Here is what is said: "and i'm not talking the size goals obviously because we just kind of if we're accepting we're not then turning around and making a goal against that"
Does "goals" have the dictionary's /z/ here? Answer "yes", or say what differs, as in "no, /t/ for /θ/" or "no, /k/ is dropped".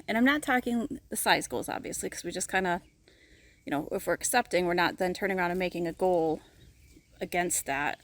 yes